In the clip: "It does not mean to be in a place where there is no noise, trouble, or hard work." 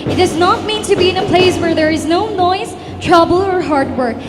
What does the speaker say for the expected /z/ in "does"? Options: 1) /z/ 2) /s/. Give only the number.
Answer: 1